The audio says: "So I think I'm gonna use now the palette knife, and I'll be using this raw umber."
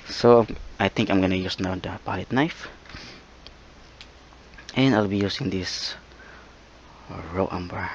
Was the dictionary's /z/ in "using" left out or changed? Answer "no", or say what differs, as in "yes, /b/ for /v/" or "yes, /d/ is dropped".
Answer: yes, /s/ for /z/